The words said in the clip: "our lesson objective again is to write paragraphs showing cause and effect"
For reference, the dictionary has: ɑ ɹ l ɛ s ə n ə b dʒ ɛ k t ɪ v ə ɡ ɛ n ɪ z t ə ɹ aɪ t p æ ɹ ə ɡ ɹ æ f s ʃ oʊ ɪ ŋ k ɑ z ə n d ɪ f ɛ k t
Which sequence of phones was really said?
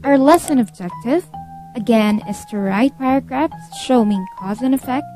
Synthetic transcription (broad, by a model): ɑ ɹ l ɛ s ə n ə b dʒ ɛ k t ɪ v ə ɡ ɛ n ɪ s t ə ɹ aɪ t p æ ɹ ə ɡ ɹ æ f s ʃ oʊ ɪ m k ɑ z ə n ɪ f ɛ k t